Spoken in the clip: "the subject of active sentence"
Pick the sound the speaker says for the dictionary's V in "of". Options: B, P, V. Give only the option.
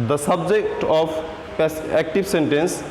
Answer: P